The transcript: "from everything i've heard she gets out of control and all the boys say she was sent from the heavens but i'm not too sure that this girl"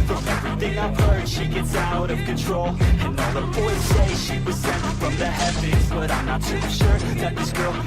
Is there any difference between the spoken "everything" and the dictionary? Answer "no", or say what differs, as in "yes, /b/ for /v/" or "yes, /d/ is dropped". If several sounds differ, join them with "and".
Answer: no